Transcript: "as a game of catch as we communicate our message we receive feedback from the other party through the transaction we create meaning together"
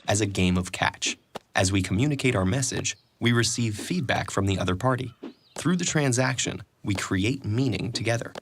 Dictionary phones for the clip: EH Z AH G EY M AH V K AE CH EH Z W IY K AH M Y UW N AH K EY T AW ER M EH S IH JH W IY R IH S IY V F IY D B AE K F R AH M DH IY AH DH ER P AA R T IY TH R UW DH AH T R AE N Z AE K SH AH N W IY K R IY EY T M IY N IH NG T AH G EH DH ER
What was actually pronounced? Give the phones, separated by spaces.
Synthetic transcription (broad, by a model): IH Z AH G EY M AH V K AE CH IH Z W IY K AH M Y UW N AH K EY T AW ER M EH S IH JH W IY R IH S IY V F IY D B AE K F R AH M DH IY AH DH ER P AA R T IY TH R UW DH AH T R AE N Z AE K SH AH N W IY K R IY EY T M IY N IH NG T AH G EH DH ER